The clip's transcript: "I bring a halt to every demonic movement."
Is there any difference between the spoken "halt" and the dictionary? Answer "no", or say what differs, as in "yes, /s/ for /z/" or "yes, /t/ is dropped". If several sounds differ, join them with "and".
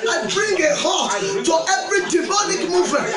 yes, /l/ is dropped